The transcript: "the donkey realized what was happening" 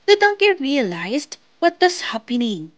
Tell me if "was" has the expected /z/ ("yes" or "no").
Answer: no